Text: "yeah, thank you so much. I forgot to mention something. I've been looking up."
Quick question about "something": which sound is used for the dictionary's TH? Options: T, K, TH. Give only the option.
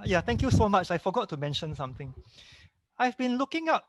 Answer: T